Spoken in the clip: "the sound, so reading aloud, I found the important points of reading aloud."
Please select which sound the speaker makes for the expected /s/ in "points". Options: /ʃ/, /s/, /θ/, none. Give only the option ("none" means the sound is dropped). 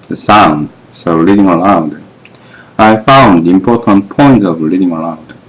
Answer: none